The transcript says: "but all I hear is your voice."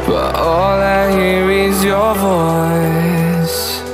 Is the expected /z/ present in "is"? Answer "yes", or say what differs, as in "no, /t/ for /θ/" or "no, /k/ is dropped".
yes